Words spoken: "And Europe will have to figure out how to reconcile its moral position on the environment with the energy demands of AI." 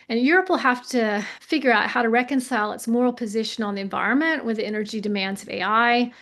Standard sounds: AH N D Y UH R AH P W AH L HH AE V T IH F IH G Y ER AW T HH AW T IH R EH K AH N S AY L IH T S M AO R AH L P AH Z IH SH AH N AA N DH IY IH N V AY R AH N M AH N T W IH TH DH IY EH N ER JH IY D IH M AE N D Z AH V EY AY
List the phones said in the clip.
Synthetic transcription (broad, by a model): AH N Y UH R AH P W AH L HH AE F T IH F IH G Y ER AW T HH AW T IH R EH K AH N S AY L IH T S M AO R L P AH Z IH SH AH N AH N DH IY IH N V AY R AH N M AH N T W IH DH IY EH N ER JH IY D IH M AE N D Z AH V EY AY